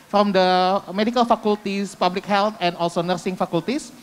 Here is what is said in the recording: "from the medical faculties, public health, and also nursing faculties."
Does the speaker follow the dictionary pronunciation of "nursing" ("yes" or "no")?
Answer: yes